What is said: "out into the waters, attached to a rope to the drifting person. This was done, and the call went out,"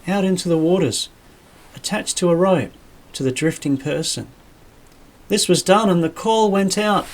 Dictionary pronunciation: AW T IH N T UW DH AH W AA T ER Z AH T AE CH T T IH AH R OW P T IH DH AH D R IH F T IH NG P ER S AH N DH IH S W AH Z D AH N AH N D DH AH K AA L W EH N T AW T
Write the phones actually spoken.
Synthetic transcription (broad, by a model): AW T IH N T UW DH AH W AA T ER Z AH T AE CH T T IH AH R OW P T IH DH AH D R IH F T IH NG P ER S AH N DH IH S W AH Z D AH N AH N DH AH K AA L W EH N T AW T